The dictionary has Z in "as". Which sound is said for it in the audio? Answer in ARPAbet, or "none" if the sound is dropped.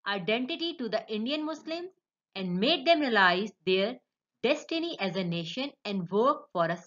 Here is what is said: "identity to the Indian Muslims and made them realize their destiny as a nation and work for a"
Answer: Z